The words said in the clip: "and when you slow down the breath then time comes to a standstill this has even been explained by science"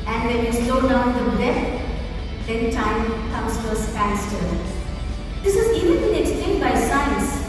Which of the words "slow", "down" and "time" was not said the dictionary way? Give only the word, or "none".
none